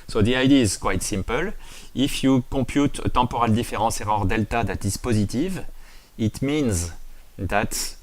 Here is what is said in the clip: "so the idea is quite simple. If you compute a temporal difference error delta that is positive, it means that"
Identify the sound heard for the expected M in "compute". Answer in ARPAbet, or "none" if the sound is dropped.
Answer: none